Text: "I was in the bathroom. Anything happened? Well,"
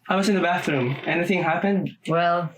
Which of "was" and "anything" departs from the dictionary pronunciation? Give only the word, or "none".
none